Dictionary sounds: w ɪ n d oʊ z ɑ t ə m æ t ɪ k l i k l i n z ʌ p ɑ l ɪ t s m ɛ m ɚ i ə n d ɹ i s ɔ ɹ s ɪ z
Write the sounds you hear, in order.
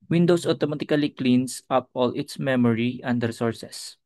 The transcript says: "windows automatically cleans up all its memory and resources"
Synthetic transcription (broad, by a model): w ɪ n d oʊ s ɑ t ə m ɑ t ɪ k l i k l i n s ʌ p ɑ l ɪ t s m ɛ m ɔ i ə n d ɹ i s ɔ ɹ s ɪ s